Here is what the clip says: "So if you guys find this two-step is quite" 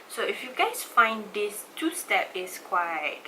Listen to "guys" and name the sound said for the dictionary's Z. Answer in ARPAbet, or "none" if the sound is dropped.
S